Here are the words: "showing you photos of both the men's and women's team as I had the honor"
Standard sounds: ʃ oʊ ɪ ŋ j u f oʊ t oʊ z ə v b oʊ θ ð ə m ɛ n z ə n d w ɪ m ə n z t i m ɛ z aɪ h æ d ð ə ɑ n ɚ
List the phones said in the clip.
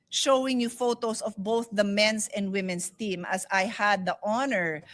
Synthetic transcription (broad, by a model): ʃ oʊ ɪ ŋ j u f oʊ t oʊ s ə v b oʊ θ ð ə m ɛ n s ə n d w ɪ m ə n s t i m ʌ s aɪ h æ d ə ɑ n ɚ